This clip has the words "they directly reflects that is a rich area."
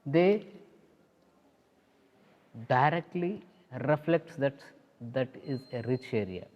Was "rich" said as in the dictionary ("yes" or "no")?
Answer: yes